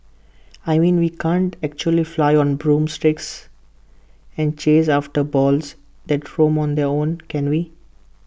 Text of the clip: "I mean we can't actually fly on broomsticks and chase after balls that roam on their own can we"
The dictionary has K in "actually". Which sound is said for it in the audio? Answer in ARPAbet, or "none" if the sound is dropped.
K